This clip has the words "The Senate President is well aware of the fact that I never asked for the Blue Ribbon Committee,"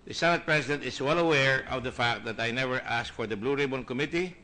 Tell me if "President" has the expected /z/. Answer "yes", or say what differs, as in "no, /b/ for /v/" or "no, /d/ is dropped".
no, /s/ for /z/